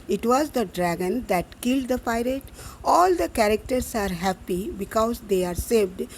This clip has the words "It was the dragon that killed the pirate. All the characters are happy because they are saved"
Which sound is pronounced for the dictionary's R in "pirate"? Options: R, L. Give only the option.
R